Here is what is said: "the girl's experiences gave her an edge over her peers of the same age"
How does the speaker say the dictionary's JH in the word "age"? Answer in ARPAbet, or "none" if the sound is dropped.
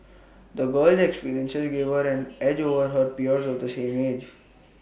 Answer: JH